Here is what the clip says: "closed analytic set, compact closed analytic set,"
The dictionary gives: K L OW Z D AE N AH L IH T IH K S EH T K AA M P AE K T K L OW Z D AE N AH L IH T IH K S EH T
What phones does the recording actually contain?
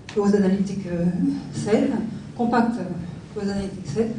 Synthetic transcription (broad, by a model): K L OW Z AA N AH L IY T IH K S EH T K AA P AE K T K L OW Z AA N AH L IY T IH K S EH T